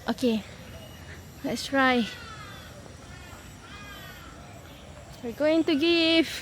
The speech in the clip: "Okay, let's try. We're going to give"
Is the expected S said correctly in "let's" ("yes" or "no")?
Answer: yes